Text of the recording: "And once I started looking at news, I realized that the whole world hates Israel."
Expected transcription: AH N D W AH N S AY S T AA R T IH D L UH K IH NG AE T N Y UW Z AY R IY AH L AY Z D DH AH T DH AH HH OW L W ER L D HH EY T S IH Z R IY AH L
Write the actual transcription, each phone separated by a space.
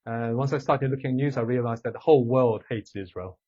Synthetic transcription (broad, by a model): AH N W AH N S AY S T AA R T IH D L UH K IH NG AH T N Y UW Z AY R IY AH L AY Z DH AH T DH AH HH OW L W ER L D HH EY T S IH Z R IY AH L